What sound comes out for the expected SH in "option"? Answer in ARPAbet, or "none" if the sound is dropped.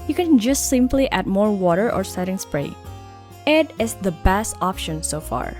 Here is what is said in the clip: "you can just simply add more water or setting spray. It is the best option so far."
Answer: SH